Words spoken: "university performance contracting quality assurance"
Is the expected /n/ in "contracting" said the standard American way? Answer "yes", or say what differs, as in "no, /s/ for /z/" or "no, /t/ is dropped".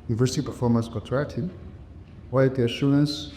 no, /n/ is dropped